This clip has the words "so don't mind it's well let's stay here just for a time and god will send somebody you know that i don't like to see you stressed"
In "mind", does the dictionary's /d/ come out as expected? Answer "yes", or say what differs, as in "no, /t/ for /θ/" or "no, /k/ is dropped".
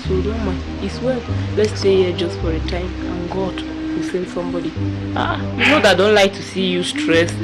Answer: no, /d/ is dropped